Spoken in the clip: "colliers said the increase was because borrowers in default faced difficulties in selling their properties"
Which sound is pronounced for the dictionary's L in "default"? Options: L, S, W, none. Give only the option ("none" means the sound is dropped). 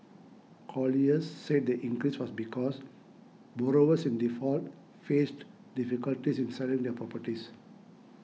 L